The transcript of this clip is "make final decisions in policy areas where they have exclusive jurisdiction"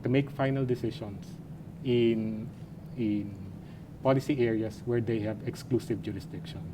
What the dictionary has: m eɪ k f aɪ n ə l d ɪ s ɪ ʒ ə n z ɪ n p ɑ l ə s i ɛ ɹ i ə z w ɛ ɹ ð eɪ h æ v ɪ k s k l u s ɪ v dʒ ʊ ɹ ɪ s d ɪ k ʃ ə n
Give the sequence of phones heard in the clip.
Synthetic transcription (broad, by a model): m eɪ k f aɪ n ə l d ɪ s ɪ ʃ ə n s ɪ n p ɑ l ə s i ɛ ɹ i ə s w ɛ ɹ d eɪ h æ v ɪ k s k l u s ɪ v dʒ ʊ ɹ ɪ s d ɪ k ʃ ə n